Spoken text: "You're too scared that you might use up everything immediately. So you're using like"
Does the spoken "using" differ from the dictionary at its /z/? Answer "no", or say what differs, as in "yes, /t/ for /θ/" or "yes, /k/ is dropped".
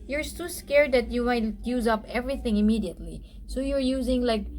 no